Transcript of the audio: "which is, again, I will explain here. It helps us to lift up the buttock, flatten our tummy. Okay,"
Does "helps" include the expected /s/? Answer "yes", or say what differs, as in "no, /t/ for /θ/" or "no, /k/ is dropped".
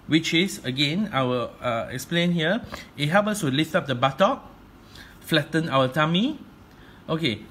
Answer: no, /s/ is dropped